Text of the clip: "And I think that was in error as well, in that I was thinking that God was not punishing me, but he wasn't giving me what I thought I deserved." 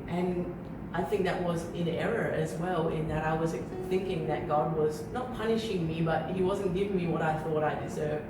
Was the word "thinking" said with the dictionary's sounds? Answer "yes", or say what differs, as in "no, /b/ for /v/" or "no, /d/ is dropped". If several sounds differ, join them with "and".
yes